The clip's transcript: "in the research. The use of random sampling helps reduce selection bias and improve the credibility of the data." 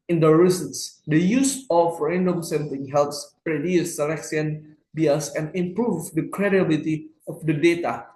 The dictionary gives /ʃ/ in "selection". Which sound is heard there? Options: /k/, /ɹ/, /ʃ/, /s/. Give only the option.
/s/